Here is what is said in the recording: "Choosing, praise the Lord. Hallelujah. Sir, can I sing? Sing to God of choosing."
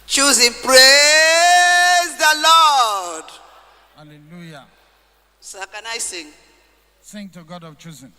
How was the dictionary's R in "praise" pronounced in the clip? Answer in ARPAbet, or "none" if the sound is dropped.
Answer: R